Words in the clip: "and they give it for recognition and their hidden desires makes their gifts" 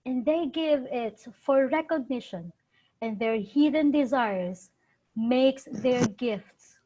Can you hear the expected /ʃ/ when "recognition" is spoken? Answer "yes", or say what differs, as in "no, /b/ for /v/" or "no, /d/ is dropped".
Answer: yes